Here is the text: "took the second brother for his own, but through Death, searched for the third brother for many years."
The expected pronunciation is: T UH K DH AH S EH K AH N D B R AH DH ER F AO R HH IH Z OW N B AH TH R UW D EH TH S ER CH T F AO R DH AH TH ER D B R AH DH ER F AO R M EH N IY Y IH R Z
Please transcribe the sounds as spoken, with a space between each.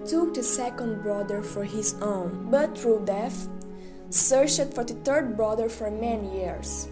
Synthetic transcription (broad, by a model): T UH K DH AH S EH K AH N D B R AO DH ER F AO R HH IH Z OW N B AH T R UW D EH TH S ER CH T F AO R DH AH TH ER D B R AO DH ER F AO R M EH N IY Y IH R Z